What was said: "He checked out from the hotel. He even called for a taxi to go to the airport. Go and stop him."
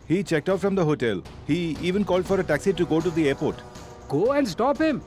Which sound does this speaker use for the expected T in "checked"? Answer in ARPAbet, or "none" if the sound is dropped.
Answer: T